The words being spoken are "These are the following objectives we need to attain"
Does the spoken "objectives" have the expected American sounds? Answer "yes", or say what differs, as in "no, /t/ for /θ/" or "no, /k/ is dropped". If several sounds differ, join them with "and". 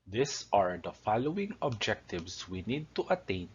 no, /s/ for /z/